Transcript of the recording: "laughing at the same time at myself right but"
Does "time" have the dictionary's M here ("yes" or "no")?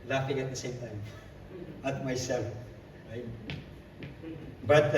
yes